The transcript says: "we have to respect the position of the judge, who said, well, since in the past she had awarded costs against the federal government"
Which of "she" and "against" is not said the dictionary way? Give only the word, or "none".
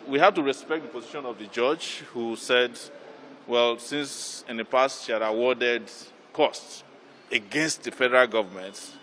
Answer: none